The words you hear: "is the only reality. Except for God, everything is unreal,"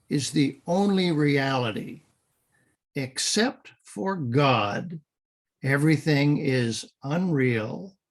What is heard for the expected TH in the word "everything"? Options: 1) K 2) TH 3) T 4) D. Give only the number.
2